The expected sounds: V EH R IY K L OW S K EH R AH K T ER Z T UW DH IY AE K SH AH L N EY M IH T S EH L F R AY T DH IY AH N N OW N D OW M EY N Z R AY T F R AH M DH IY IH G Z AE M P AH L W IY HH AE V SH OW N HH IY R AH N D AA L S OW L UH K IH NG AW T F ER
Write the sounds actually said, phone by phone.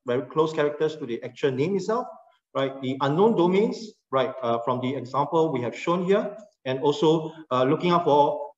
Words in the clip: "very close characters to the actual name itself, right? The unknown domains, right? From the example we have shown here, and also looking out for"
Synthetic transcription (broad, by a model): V EH R IY K L OW S K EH R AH K T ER S T UW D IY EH K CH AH N EY M IH T S EH L F R AY T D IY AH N N OW N D OW M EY N S R AY T F R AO M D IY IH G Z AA M P AH L W IY HH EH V SH OW N HH IY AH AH N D AA L S OW L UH K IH NG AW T F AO